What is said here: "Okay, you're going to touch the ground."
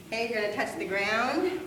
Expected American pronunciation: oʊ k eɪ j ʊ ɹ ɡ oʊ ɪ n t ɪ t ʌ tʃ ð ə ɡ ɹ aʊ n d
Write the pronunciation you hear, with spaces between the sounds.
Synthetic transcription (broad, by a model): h eɪ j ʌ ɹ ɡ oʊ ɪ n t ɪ t ʌ tʃ ð ə ɡ ɹ aʊ n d